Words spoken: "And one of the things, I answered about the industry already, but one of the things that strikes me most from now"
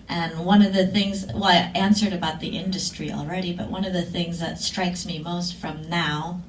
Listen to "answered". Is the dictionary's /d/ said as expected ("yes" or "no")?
yes